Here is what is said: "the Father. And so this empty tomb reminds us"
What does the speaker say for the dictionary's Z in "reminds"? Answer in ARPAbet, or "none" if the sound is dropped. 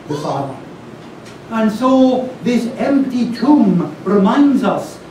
Z